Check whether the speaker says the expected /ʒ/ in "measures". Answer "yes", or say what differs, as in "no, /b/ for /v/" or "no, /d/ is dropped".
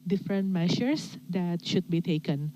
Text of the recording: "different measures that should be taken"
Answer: no, /ʃ/ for /ʒ/